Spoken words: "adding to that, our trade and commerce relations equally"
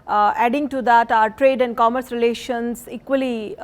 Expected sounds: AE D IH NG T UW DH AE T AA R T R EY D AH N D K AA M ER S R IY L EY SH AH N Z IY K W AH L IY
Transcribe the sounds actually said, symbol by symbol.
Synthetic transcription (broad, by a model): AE D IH NG T UW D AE T AA R T R EY D AH N D K AA M ER S R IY L EY SH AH N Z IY K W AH L IY